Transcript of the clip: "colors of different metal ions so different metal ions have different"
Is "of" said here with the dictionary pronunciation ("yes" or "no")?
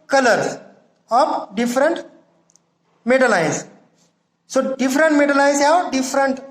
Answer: no